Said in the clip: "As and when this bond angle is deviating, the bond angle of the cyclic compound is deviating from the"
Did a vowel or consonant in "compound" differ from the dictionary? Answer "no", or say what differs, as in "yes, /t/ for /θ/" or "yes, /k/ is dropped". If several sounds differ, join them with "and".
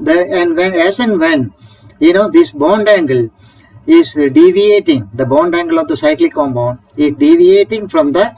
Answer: yes, /b/ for /p/